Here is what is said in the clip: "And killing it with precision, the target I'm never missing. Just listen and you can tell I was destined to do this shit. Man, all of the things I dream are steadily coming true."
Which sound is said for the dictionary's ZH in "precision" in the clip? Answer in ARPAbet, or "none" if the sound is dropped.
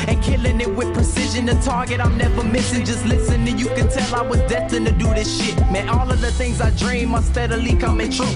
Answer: ZH